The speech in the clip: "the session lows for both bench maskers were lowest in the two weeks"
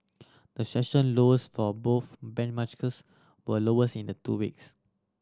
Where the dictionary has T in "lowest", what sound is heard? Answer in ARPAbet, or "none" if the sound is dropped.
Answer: none